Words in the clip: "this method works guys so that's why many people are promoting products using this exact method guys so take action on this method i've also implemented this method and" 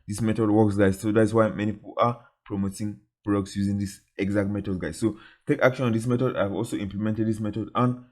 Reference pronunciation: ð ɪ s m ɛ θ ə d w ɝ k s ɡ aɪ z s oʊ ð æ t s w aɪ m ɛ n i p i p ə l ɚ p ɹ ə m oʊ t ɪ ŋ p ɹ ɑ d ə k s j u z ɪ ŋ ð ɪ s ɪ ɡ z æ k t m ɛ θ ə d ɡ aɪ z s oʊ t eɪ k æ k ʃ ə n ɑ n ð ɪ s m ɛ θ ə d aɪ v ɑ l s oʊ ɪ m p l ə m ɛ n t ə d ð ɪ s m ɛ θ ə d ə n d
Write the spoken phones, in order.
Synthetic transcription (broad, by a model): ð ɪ s m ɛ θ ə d w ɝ k s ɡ aɪ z s oʊ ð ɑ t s w aɪ m ɛ n i p i p ə l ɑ p ɹ ə m oʊ t ɪ ŋ b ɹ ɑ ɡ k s j u z ɪ ŋ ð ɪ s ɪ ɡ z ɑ k t m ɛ t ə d ɡ aɪ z s oʊ t eɪ k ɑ k ʃ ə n ɑ n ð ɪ s m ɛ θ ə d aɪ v ɑ l s oʊ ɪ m p l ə m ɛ n t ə d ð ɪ s m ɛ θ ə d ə n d